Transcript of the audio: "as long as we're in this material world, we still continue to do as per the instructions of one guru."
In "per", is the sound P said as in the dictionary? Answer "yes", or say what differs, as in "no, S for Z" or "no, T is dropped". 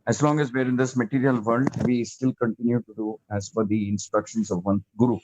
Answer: no, F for P